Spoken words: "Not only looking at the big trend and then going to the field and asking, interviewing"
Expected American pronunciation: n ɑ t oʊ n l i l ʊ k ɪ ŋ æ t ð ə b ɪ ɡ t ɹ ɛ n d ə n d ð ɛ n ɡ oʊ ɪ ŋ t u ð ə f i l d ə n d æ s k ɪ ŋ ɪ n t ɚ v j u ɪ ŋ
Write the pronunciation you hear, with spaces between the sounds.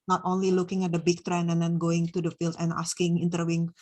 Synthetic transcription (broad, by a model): n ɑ t oʊ n l i l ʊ k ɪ ŋ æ t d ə b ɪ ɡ t ɹ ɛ n ə n d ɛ n ɡ oʊ ɪ ŋ t u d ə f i l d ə n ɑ s k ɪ ŋ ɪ n t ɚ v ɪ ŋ